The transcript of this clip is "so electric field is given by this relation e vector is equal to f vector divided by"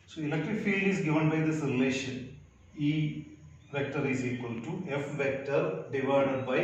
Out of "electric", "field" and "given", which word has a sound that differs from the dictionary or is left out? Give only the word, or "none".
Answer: electric